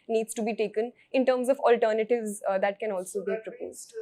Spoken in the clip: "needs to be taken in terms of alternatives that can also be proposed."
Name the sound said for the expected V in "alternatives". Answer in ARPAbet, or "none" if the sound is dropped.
V